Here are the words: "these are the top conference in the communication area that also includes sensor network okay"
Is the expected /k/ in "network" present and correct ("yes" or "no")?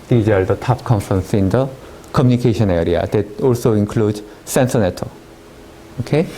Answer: no